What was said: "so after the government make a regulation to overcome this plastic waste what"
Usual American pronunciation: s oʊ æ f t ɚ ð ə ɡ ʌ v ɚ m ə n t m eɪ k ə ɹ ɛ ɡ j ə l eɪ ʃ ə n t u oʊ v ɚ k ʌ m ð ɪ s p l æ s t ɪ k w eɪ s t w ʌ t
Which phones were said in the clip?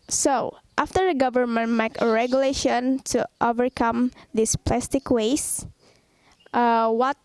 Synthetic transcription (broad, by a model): s oʊ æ f t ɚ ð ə ɡ ʌ v ɚ m ə n t m eɪ k ə ɹ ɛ ɡ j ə l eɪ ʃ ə n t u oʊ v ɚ k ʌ m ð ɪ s p l æ s t ɪ k w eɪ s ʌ w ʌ t